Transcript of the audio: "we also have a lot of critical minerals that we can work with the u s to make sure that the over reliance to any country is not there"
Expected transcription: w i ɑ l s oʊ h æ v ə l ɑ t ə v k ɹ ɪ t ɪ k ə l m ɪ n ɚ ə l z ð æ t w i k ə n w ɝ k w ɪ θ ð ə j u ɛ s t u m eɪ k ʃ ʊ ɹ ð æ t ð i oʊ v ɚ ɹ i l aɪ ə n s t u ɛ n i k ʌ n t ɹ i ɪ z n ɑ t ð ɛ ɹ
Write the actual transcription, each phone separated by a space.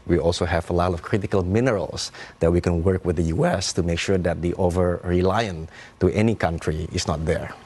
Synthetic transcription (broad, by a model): w i ɑ l s oʊ h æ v ə l ɑ t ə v k ɹ ɪ t ɪ k ə l m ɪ n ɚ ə l s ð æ t w i k ə n w ɝ k w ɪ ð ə j u ɛ s t u m eɪ k ʃ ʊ ɹ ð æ t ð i oʊ v ɚ ɹ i l aɪ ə n t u ɛ n i k ʌ n t ɹ i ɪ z n ɑ t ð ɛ ɹ